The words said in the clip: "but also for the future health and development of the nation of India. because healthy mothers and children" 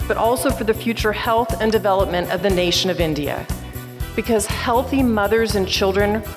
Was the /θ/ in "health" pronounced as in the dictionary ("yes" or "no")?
yes